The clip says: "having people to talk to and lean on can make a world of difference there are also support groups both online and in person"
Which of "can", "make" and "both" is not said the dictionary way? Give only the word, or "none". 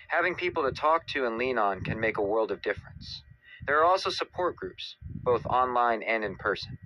none